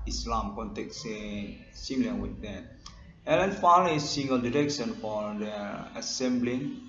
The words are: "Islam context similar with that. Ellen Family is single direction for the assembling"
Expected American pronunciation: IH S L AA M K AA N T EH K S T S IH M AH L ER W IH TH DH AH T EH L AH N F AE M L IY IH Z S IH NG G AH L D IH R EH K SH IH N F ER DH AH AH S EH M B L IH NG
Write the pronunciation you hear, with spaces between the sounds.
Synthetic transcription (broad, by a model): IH S L AA M K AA N T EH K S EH S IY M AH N W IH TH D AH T EH L AH N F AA L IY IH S S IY NG G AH L D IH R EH K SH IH N F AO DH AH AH S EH M B L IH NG